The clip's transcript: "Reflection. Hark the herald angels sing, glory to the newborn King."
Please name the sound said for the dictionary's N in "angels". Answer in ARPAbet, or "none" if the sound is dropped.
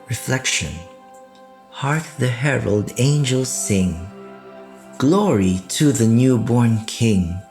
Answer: N